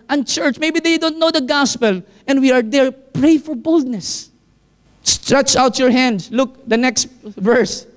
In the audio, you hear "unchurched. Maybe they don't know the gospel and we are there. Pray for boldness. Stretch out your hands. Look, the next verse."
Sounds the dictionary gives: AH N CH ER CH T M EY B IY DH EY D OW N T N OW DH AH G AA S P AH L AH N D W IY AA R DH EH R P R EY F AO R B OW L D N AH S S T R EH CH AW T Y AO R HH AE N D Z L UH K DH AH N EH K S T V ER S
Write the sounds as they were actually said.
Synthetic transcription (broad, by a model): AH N CH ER CH M EY B IY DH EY D OW N T N OW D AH G AA S P AH L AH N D W IY AA R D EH R P R EY F AO R B OW L D N AH S S T R EH CH AW T Y AO R HH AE N D S L UH K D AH N EH K S T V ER S